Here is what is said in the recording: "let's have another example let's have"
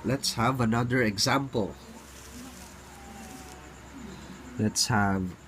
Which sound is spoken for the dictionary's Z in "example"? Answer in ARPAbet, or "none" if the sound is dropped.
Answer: Z